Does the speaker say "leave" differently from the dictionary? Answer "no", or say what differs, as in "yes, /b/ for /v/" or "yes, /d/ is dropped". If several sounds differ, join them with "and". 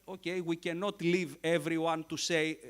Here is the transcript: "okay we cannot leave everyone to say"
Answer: no